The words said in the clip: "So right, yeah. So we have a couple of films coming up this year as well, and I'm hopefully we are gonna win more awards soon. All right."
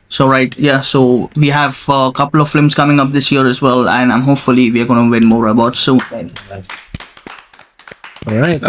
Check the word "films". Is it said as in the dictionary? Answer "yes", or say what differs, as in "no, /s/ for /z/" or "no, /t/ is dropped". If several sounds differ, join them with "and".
no, /l/ is dropped